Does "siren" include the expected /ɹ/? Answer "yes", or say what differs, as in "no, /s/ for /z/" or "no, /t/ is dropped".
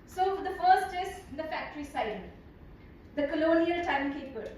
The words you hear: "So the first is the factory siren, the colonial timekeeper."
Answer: no, /ɹ/ is dropped